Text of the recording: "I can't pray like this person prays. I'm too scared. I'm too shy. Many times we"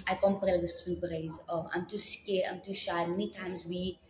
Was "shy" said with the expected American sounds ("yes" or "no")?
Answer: yes